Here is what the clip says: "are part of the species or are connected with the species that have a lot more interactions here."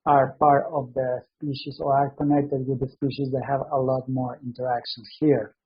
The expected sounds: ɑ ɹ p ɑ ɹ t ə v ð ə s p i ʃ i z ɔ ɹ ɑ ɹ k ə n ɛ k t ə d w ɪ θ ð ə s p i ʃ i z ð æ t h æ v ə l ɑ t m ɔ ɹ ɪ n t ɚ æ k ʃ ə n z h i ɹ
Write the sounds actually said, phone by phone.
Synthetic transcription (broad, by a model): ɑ ɹ p ɑ ɹ t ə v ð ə s p i ʃ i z ɔ ɹ ɑ ɹ k ə n ɛ k t ə d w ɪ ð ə s p i ʃ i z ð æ t h æ v ə l ɑ t m ɔ ɹ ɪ n t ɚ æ k ʃ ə n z h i ɹ